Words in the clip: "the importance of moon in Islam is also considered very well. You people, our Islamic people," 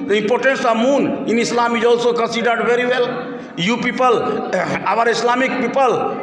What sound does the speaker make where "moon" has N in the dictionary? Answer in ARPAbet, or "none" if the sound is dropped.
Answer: N